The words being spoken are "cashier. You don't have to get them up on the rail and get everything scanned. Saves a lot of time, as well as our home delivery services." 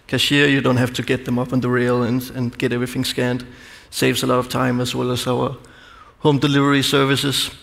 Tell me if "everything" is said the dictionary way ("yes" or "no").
yes